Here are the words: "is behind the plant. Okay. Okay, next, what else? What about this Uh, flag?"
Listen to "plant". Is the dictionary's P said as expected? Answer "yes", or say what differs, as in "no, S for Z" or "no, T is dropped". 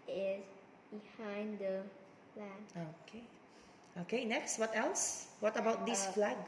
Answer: no, F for P